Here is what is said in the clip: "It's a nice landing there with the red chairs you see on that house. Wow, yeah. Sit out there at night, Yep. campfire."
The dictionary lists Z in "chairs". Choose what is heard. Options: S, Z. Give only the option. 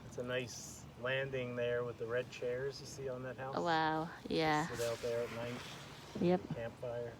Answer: Z